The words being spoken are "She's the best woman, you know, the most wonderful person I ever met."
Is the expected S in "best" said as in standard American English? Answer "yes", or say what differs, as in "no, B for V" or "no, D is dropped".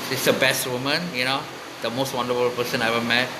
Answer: yes